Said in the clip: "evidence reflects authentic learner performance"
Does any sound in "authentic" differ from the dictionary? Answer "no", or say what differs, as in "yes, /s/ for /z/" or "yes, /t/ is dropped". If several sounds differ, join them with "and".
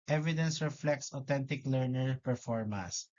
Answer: yes, /t/ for /θ/